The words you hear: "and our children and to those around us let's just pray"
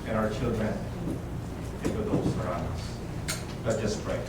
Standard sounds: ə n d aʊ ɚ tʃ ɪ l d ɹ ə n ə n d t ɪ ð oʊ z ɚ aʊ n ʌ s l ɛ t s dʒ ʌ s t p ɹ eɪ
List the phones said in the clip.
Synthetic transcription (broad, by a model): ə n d aʊ ɚ tʃ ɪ l d ɹ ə n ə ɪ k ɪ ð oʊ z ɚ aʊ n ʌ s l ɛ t dʒ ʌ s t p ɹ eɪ